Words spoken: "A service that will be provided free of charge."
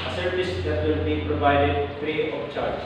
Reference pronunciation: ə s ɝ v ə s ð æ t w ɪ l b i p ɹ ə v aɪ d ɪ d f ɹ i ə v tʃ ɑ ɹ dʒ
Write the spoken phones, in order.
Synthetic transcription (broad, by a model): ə s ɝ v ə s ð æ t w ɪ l b i p ɹ ə v aɪ d ɪ d p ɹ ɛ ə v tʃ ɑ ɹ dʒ